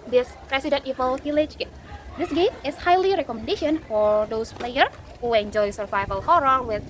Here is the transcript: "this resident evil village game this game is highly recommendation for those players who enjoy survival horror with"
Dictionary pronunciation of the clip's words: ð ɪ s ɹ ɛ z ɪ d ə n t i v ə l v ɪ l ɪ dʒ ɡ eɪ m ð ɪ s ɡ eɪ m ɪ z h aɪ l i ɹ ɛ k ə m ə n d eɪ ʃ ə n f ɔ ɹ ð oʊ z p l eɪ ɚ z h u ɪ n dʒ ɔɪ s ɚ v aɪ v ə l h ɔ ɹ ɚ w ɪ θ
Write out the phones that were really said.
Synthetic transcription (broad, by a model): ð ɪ s ɹ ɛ s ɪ d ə n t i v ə l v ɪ l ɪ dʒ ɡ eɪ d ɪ s ɡ eɪ m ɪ s h aɪ l i ɹ ɛ k ə m ə n d eɪ ʃ ə n f ɔ ɹ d oʊ s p l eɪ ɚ h u ɪ n dʒ ɔɪ s ɚ v aɪ v ə l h ɔ ɹ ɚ w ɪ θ